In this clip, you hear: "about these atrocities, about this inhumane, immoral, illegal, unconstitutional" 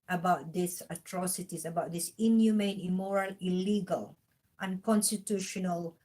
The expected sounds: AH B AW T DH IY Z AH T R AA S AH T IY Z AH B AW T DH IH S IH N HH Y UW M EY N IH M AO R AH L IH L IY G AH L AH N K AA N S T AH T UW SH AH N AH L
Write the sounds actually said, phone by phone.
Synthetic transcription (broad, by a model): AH B AW T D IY S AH T R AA S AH T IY S AH B AW T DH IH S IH N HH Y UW M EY N IH M AO R AH L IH L IY G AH L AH N K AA N S T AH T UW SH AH N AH L